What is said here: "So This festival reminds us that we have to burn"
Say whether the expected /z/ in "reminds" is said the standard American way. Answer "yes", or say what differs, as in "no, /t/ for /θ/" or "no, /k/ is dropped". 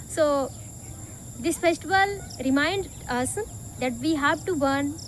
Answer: no, /z/ is dropped